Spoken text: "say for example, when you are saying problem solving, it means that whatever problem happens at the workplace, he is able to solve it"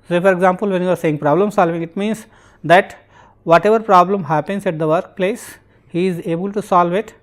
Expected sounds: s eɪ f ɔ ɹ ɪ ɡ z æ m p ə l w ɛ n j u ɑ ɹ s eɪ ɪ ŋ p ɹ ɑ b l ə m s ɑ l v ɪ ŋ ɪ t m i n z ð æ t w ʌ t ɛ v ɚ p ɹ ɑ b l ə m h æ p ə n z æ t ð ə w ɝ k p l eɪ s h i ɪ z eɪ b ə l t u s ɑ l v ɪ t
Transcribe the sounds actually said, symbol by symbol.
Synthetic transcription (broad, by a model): s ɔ f ɔ ɹ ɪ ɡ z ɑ m p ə l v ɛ n j u ɑ ɹ s eɪ ɪ ŋ p ɹ ɑ b l ə m s ɑ l v ɪ ŋ ɪ t m i n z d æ t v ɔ t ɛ v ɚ p ɹ ɑ b l ə m h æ p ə n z æ t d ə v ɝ k p l eɪ s h i ɪ z eɪ b ə l t u s ɑ l v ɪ t